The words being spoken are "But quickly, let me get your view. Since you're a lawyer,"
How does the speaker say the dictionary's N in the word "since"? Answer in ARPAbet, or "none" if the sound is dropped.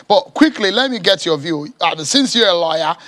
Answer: N